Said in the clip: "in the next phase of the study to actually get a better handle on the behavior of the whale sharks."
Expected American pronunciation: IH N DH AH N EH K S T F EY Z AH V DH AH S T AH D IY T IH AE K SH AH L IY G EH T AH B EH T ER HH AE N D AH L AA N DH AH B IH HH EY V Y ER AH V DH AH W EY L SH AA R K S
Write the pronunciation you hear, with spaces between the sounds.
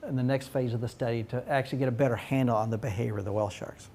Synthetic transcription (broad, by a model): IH N DH AH N EH K S T F EY Z AH V DH AH S T AH D IY T IH AE K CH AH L IY G EH T AH B EH T ER HH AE N D L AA N DH AH B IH HH EY V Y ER AH V DH AH W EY L SH AA R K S